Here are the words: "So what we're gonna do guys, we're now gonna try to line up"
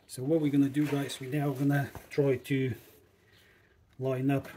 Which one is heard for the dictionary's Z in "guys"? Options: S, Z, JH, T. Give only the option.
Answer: S